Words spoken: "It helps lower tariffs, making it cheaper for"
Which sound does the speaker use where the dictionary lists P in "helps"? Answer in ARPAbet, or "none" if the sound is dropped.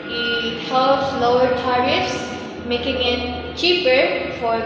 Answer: none